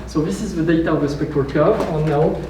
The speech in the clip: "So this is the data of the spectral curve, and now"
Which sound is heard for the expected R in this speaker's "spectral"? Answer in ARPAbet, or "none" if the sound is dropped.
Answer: none